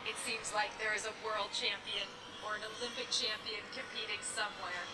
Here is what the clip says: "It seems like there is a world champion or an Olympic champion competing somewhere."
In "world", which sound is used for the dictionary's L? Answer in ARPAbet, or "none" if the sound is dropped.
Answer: L